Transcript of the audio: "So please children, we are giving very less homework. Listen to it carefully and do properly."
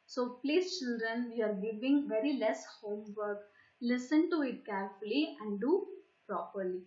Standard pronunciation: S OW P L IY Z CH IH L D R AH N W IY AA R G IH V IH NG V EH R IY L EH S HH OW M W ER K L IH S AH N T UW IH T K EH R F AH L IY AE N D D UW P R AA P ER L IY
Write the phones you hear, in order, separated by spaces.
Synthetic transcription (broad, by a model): S OW P L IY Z CH IH L D R AH N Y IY AA R G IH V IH NG V EH R IY L EH S HH OW M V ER K L IH S AH N T UW IH T K EH R F AH L IY AE N D D UW P R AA P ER L IY